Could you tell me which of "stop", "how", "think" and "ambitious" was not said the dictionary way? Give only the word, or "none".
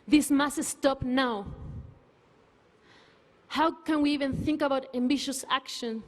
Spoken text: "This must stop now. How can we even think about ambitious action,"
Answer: none